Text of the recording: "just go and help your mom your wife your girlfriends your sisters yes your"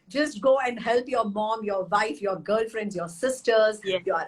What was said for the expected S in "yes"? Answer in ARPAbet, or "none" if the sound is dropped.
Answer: none